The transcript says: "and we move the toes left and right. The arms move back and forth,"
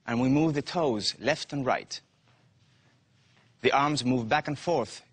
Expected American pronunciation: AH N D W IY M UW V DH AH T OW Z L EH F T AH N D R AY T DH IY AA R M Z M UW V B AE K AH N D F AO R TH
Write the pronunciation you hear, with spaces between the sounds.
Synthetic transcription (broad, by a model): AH N W IY M UW V DH AH T OW Z L EH F T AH N R AY T DH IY AA R M Z M UW V B AE K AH N F AO R TH